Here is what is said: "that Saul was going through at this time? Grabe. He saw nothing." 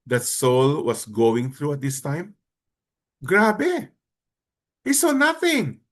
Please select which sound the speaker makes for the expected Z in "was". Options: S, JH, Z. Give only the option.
S